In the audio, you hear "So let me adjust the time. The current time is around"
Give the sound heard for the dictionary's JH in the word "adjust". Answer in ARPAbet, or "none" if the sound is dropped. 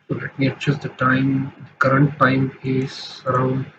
CH